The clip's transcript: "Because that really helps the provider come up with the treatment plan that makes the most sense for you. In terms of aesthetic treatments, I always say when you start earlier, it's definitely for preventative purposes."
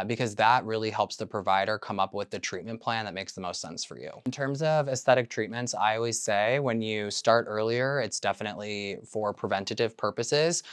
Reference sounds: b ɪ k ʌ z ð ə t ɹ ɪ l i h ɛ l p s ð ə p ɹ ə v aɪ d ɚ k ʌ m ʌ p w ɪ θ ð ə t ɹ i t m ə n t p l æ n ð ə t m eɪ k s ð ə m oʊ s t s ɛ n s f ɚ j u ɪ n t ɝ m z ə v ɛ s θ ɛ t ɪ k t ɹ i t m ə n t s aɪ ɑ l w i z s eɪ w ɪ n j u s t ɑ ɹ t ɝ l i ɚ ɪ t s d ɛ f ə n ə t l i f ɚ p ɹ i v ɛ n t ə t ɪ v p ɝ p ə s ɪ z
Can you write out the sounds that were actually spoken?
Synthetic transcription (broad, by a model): b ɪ k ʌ z ð ə t ɹ ɪ l i h ɛ l p s ð ə p ɹ ə v aɪ d ɚ k ʌ m ʌ p w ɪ ð ə t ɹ i t m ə n p l æ n ð ə t m eɪ k s ð ə m oʊ s t s ɛ n s f ɚ j u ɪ n t ɝ m z ə v ɛ s θ ɛ t ɪ k t ɹ i t m ə n t s aɪ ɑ l w i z s eɪ w ɪ n j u s t ɑ ɹ t ɝ l i ɚ ɪ t s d ɛ f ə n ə t l i f ɚ p ɹ i v ɛ n t ə t ɪ v p ɝ p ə s ɪ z